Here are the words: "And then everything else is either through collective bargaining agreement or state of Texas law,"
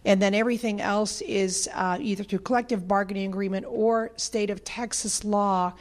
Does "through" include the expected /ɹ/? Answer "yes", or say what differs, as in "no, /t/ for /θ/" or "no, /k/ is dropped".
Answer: no, /ɹ/ is dropped